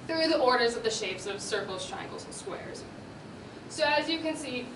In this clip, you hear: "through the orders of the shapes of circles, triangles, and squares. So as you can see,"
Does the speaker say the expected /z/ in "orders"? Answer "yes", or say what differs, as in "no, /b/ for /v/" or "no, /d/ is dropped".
yes